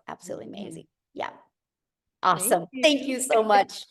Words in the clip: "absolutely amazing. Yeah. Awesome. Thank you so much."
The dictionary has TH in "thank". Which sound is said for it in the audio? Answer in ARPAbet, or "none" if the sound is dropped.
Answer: TH